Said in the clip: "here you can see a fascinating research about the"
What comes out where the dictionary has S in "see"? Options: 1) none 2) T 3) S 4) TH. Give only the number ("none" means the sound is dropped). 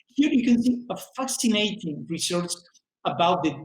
4